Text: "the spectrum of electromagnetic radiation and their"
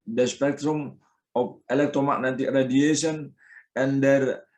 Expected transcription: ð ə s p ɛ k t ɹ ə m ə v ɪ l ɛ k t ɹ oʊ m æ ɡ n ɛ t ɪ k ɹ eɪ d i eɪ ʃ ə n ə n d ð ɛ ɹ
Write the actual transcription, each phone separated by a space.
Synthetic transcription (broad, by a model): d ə s p ɛ k t ɹ ə m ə p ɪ l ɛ k t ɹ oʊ m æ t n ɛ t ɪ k ɹ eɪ d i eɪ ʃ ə n ə n d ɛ ɹ